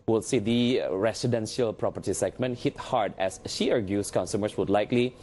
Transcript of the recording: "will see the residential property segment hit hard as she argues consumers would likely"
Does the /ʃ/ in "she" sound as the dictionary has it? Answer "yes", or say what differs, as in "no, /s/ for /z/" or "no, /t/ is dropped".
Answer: yes